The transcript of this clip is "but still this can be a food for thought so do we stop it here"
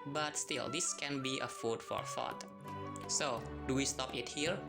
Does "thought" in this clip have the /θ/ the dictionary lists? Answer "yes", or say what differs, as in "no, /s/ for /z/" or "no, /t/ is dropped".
no, /f/ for /θ/